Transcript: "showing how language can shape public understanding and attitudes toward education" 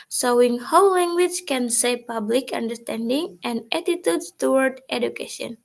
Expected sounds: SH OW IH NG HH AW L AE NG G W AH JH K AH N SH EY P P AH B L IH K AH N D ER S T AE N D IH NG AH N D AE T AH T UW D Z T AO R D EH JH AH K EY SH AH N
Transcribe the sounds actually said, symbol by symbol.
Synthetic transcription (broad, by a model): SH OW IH NG HH AW L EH NG G W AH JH K AH N S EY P P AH B L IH K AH N D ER S T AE N D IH NG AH N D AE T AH T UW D S T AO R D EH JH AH K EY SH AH N